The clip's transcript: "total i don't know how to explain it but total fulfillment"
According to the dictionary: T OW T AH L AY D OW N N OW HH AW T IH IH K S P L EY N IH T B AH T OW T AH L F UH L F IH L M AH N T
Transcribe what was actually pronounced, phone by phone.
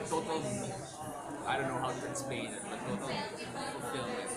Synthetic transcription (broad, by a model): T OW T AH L AY D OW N N OW HH AW T IH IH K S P EY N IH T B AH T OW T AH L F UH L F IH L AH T